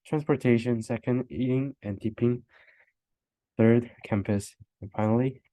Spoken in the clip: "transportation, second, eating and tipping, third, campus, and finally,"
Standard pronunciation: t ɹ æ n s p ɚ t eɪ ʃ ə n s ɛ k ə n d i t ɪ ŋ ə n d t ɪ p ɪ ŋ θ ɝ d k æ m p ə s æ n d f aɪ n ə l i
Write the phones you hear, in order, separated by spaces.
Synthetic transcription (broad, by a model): t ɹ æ n s p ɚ t eɪ ʃ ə n s ɛ k ə n d i t ɪ ŋ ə n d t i p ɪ ŋ θ ɝ d k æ m p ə s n f aɪ n l i